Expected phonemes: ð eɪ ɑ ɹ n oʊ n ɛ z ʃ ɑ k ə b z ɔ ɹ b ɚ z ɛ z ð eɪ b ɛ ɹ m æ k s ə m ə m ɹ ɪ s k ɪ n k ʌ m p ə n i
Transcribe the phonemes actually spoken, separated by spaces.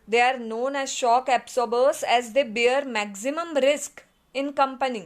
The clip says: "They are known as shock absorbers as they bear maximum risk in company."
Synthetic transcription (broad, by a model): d eɪ ɑ ɹ n oʊ n ɛ z ʃ ɑ k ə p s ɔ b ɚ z ɛ z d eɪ b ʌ ɹ m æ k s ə m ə m ɹ ɪ s k ɪ n k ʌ m p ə n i